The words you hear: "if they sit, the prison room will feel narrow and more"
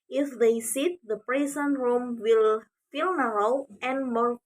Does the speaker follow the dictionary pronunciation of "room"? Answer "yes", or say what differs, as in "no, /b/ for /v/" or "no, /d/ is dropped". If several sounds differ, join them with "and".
yes